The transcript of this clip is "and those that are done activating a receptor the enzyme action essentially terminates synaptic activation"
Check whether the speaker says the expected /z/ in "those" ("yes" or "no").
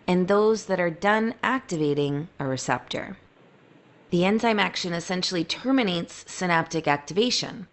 yes